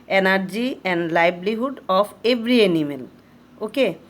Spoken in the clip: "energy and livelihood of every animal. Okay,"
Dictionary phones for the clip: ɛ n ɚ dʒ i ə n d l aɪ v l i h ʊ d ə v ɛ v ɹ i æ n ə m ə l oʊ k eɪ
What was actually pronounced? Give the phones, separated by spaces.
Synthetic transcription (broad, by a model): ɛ n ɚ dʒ i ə n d l aɪ b l i h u d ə p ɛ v ɹ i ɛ n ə m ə l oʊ k eɪ